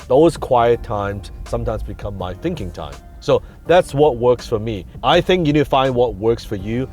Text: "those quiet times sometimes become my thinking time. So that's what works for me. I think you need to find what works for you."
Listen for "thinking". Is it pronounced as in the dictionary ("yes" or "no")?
yes